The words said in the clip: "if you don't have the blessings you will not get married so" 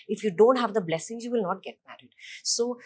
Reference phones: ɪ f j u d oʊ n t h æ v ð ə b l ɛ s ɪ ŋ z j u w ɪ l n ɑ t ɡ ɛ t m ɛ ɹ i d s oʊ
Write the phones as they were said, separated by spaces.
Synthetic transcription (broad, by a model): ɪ f j u d oʊ n t h æ v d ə b l ɛ s ɪ ŋ z j u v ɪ l n ɑ t ɡ ɛ t m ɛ ɹ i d s oʊ